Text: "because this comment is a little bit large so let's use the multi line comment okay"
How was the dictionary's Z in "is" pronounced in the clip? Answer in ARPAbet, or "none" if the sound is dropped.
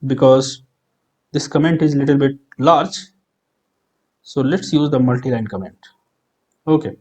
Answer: Z